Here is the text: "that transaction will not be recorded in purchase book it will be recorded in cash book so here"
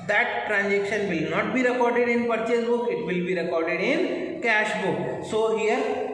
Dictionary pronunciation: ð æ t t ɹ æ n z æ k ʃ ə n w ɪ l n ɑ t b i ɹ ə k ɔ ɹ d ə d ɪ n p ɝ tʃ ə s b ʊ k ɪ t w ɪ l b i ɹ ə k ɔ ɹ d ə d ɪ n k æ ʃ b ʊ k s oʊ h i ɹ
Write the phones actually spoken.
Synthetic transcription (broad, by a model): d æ t t ɹ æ n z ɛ k ʃ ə n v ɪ l n ɑ t b i ɹ ə k ɔ ɹ d ə d ɪ n p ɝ tʃ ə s b ʊ k ɪ t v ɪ l b i ɹ ə k ɔ ɹ d ə d ɪ n k æ ʃ b ʊ k s oʊ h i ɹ